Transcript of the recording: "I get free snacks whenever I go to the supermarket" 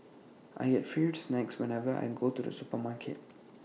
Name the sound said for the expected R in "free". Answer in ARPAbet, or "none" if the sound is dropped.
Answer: none